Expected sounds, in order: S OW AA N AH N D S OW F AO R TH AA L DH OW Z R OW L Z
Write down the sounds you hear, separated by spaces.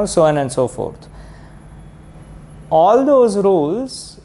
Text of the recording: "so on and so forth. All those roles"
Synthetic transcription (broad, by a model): S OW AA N AH N D S OW F AO R T AA L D OW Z R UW L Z